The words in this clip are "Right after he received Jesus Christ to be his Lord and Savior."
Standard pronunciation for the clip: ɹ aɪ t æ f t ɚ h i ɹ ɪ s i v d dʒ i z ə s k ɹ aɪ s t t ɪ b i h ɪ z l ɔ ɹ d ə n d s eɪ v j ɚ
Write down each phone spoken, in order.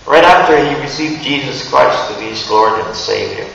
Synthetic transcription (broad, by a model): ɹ aɪ t æ f t ɚ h i ɹ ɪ s i v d dʒ i z ə s k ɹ aɪ s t t ɪ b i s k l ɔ ɹ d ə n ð s eɪ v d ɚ